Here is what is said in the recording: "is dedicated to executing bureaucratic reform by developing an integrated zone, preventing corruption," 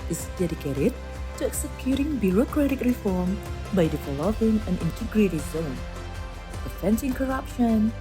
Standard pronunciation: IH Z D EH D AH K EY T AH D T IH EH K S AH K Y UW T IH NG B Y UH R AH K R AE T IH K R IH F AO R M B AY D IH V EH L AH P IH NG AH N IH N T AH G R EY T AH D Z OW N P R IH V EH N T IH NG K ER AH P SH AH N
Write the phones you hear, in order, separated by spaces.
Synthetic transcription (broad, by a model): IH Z D EH D AH K EY T AH D T IH EH K S AH K Y UW T IH NG B Y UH R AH K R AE T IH K R IH F AO R M B AY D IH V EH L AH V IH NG AH N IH N T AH G R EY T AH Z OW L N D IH F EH N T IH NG K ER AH P SH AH N